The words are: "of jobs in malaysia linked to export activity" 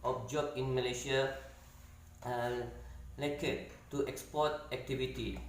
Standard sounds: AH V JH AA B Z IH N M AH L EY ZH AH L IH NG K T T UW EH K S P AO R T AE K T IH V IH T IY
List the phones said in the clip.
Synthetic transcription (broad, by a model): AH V JH AA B IH N M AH L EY SH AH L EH K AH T UW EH K S P AO T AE K T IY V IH T IY